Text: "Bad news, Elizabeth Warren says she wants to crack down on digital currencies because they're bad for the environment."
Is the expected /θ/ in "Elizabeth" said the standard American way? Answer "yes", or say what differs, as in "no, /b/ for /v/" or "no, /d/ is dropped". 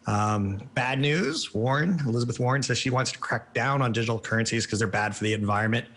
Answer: yes